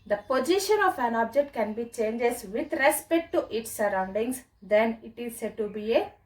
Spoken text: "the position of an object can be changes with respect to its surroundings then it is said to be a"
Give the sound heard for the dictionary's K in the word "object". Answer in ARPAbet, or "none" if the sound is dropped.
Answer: K